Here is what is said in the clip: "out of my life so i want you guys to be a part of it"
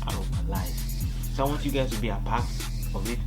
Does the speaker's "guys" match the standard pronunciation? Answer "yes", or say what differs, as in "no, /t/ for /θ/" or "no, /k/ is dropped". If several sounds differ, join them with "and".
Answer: no, /z/ is dropped